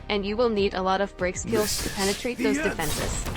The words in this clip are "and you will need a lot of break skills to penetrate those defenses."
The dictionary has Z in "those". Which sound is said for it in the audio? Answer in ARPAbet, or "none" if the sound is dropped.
Z